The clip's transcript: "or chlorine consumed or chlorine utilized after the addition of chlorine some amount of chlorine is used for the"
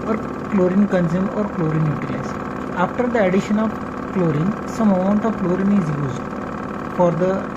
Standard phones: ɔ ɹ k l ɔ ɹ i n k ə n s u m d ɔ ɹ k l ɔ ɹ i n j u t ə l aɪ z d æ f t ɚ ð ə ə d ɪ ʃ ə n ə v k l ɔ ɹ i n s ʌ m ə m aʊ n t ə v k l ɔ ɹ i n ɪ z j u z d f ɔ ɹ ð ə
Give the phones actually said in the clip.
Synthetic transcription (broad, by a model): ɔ ɹ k l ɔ ɹ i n k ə n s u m ɔ ɹ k l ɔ ɹ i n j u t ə aɪ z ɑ f t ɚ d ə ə d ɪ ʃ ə n ə v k l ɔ ɹ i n s ʌ m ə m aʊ n t ə v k l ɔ ɹ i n ɪ z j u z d f ɔ ɹ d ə